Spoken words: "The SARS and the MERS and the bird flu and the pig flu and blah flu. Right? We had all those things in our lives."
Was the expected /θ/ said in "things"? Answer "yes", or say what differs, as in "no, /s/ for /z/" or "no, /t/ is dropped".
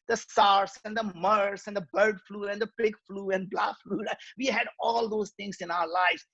no, /t/ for /θ/